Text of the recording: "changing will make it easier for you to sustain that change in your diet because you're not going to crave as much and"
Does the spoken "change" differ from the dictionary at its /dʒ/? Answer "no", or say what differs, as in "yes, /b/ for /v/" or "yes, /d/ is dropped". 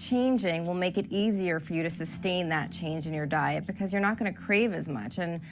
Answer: no